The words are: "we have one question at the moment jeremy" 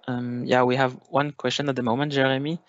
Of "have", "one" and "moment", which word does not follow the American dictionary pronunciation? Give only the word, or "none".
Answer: none